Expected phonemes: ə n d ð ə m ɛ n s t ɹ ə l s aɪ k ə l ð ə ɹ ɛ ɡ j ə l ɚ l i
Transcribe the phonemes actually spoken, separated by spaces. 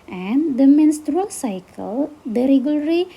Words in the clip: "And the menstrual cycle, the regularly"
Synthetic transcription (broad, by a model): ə n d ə m ɛ n s t ɹ ə l s aɪ k ə l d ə ɹ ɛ ɡ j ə l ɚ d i